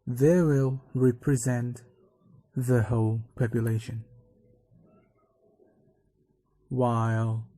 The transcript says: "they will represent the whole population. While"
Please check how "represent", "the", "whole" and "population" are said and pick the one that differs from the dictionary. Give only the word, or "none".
none